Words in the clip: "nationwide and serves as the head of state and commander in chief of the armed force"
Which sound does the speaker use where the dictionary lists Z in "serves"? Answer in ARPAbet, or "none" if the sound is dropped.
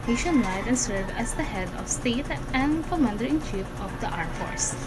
none